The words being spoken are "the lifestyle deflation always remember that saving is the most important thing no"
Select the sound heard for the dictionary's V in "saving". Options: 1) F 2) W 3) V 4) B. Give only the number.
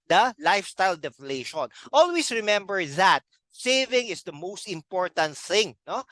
3